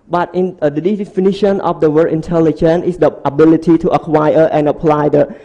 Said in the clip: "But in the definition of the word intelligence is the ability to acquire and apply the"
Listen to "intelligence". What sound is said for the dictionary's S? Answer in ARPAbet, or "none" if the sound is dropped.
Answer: none